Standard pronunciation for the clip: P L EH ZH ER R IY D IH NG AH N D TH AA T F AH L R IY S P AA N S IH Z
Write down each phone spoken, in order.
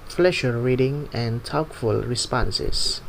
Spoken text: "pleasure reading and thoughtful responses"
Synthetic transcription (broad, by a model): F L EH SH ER R IY D IH NG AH N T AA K F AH L R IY S P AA N S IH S